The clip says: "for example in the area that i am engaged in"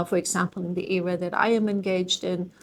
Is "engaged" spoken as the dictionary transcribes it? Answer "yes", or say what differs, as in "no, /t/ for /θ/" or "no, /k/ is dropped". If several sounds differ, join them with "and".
yes